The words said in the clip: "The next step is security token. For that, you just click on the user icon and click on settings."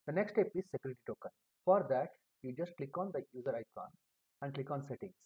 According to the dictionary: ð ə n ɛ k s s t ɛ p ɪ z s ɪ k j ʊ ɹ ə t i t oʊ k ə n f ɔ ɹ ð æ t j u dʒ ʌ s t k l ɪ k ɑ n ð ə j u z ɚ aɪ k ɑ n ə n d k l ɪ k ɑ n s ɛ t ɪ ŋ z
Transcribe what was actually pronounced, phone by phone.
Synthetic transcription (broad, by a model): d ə n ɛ k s s t ɛ p ɪ z s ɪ k j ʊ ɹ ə t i t oʊ k ə n f ɔ ɹ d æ t j u dʒ ʌ s t k l ɪ k ɑ n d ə j u z ɚ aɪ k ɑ n ə n d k l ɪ k ɑ n s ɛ t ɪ ŋ